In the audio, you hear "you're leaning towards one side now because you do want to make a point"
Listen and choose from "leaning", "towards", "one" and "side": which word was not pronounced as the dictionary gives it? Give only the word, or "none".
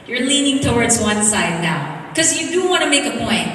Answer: none